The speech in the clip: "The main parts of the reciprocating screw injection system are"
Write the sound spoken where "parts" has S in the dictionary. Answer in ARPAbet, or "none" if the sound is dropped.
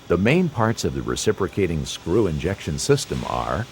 S